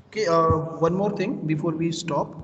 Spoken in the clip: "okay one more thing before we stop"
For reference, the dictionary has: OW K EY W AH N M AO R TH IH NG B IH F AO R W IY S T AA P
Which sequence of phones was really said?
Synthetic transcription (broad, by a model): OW K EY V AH N M AO R T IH NG B IH F AO R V IY S T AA P